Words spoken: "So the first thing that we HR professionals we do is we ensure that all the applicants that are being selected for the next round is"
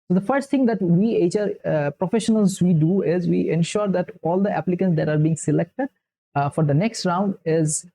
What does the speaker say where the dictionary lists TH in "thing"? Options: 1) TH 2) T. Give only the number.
2